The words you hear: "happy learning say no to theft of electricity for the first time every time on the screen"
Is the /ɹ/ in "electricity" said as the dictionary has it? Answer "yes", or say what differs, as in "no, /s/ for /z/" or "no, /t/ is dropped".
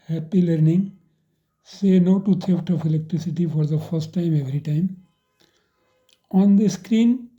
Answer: yes